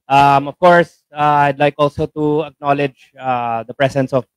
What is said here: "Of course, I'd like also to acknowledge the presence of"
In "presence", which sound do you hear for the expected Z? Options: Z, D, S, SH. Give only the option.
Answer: S